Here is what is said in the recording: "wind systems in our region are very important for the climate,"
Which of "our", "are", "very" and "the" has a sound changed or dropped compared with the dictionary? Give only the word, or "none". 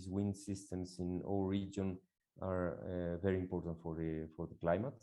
our